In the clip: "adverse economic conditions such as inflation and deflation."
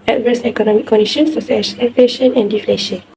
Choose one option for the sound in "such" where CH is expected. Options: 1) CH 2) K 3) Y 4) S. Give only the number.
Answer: 4